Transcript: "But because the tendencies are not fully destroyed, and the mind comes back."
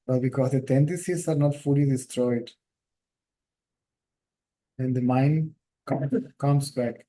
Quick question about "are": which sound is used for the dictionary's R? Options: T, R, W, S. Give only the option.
R